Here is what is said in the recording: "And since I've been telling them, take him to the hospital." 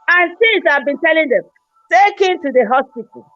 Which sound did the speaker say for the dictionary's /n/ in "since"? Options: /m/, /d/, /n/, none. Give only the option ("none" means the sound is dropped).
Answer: none